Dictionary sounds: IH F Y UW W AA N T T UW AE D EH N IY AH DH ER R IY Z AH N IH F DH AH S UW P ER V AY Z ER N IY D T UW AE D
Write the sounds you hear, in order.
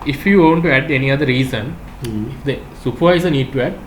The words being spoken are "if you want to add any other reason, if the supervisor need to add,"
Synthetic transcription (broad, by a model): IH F Y UW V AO N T T UW AE D EH N IY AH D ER R IY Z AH N IH F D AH S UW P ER IH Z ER N IY D T UW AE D